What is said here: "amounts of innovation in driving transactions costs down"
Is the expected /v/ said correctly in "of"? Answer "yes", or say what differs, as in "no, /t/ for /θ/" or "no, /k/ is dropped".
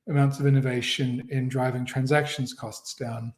yes